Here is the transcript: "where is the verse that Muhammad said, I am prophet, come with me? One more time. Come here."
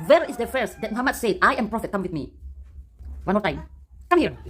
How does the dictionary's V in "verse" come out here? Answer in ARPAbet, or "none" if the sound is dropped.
F